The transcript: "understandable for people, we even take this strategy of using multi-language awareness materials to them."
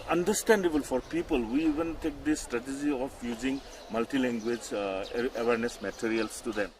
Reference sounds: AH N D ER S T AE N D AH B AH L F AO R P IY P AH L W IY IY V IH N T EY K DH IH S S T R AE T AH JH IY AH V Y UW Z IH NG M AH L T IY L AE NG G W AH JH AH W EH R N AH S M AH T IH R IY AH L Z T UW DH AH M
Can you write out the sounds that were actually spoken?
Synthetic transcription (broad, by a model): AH N D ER S T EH N D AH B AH L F AO R P IY P AH L W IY IY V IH N T EY K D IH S S T R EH T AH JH IY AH P Y UW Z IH NG M AH L T IY L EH NG G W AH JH AH W EH R N AH S M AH T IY R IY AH L S T UW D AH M